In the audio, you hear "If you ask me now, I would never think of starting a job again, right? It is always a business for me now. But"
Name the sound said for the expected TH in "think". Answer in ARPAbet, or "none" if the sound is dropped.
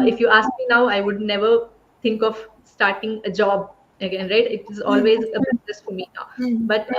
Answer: T